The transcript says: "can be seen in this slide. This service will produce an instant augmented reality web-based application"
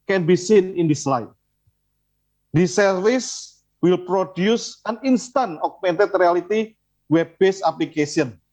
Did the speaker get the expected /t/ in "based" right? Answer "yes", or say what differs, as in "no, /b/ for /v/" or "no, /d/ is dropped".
no, /t/ is dropped